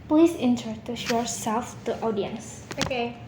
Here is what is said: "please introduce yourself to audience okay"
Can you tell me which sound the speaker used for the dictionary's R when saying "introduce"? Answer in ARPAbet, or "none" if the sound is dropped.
none